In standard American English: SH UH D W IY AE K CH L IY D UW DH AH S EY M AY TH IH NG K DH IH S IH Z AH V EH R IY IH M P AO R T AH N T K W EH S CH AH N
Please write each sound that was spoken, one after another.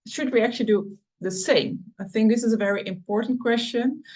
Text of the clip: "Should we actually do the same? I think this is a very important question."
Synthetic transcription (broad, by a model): SH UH D W IY AE K CH L IY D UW DH AH S EY M AY TH IH NG K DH IH S IH Z AH V EH R IY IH M P AO R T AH N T K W EH S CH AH N